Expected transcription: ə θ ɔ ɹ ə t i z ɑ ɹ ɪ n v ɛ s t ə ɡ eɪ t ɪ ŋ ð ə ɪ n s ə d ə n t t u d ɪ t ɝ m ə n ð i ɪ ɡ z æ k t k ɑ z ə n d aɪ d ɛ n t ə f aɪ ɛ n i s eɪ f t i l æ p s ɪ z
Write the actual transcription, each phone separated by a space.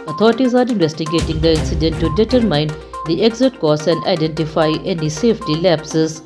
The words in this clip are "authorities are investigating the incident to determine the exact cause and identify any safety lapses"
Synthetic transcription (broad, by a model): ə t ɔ ɹ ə t i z ɑ ɹ ɪ n v ɛ s t ə ɡ eɪ t ɪ ŋ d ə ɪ n s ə d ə n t t u d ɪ t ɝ m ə n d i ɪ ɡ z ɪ t k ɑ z ə n d aɪ d ɛ n t ə f aɪ ɛ n i s eɪ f t i l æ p s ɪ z